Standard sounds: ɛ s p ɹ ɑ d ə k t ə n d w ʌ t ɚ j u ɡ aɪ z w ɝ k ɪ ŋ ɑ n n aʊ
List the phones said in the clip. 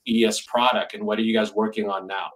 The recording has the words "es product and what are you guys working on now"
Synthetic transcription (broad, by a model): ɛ s p ɹ ɑ d ə k t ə n w ʌ t ɚ j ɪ ɡ aɪ z w ɝ k ɪ ŋ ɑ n n aʊ